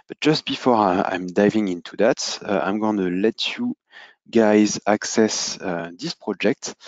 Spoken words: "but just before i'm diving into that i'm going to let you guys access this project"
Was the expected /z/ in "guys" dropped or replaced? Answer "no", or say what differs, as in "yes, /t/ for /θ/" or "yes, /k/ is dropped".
no